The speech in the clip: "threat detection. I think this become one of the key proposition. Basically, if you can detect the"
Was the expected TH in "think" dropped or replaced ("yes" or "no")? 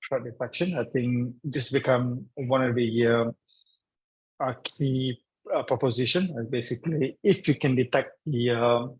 yes